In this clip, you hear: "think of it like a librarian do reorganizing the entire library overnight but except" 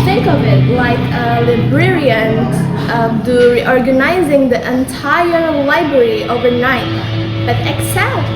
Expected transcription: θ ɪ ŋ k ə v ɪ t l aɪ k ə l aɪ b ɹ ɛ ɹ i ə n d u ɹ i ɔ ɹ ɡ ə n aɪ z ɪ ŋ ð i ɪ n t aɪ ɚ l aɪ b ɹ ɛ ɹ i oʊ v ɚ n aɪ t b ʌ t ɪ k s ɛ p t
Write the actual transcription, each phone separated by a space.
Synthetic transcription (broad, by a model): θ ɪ ŋ k ə v ɪ t l aɪ k ə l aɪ b ɹ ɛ ɹ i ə n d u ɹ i ɔ ɹ ɡ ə n aɪ z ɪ ŋ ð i ɪ n t aɪ ɚ l aɪ b ɹ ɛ ɹ i oʊ v ɚ n aɪ t b ʌ t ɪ k s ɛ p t